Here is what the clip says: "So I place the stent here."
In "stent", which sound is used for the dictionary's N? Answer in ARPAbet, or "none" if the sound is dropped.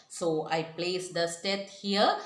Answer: none